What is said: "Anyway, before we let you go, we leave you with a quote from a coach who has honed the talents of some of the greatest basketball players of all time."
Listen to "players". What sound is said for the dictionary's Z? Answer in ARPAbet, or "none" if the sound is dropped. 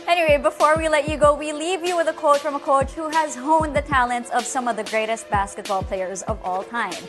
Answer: Z